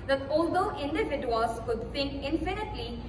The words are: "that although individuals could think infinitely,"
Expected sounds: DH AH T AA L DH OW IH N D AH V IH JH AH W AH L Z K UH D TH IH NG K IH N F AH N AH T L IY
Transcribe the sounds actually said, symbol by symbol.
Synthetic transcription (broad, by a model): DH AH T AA L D OW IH N D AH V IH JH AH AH L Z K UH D T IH NG K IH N F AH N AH T L IY